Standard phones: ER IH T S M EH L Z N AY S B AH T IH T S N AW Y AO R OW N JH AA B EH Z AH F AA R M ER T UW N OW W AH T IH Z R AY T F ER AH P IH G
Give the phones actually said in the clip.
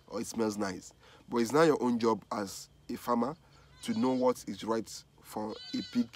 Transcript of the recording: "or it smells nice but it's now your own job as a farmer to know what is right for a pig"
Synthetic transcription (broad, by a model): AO IH T S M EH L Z N AY S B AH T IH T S N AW Y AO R OW N JH AA B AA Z AH F AA M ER T UW N OW W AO T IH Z R AY T F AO AH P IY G